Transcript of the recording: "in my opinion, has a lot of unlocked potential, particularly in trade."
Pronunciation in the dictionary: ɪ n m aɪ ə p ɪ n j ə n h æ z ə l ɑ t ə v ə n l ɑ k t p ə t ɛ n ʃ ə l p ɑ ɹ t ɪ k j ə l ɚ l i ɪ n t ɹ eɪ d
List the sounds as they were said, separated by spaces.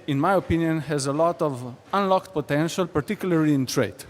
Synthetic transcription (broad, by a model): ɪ n m aɪ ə p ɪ n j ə n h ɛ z ə l ɑ t ə v ə n l ɑ k t p ə t ɛ n ʃ ə l p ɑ ɹ t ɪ k j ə l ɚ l i ɪ n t ɹ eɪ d